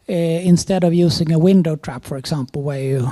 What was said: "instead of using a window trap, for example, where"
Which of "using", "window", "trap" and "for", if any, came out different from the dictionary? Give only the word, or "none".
using